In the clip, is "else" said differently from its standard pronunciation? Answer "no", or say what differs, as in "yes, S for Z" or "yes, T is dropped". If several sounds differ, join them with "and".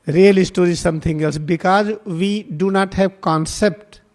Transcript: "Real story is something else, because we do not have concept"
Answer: no